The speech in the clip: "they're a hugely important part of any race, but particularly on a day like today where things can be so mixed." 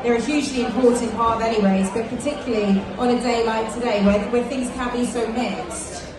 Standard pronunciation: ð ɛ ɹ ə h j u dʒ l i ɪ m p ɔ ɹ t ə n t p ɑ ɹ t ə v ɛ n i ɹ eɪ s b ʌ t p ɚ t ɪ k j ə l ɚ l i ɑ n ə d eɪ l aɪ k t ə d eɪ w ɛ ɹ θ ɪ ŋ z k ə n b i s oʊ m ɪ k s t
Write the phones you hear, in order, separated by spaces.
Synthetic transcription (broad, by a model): ð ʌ ɹ ə h j u dʒ l i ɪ m p ɔ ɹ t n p ɑ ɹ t ə v ɛ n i w eɪ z b ʌ t p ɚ t ɪ k j l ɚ l i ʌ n ə d eɪ l aɪ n t ə d eɪ w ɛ w θ ɪ ŋ z k ə n b i s oʊ m ɪ k s t